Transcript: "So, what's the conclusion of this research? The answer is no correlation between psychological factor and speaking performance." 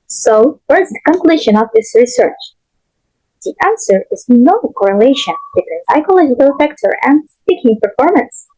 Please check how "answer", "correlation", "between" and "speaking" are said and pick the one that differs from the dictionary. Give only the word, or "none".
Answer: none